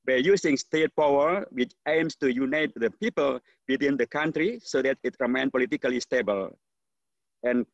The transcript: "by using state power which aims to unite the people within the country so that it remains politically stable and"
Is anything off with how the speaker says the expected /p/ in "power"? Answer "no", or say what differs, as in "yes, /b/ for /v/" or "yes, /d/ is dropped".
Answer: no